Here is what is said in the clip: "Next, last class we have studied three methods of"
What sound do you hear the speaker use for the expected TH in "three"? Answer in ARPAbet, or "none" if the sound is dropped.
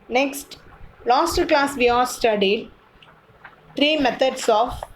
T